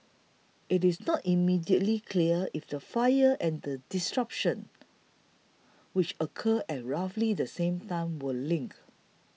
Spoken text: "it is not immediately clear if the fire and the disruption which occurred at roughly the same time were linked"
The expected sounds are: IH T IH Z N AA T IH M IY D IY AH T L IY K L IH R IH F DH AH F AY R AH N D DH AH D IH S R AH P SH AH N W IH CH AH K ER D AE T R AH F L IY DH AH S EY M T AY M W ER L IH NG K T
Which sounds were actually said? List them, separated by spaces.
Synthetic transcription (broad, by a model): IH T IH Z N AA T IH M IY D IY AH T L IY K L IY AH IH F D AH F AY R AH N D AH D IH S R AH P SH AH N W IH CH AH K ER EH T R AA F L IY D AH S EY M T AY M W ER L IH NG K